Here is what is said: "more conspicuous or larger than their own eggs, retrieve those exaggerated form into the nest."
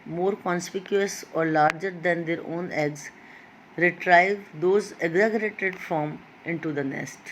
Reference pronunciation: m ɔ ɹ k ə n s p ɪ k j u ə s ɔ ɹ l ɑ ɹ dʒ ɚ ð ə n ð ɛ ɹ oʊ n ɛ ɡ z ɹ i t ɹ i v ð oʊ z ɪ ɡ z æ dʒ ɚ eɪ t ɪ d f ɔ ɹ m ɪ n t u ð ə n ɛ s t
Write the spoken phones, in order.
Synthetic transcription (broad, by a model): m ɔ ɹ k ə n s p ɪ k j u ə s ɔ ɹ l ɑ ɹ dʒ ɚ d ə n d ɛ ɹ oʊ n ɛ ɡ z ɹ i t ɹ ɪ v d oʊ z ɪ ɡ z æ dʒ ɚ eɪ t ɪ d f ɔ m ɪ n t u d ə n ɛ s t